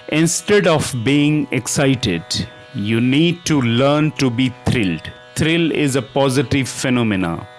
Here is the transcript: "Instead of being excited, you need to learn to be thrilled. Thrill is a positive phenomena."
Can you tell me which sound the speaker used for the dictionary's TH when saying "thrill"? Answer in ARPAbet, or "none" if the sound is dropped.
T